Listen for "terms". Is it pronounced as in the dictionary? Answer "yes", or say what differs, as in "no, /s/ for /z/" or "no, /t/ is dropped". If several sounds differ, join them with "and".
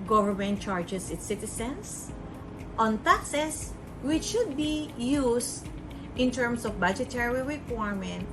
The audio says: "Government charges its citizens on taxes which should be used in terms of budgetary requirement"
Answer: no, /s/ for /z/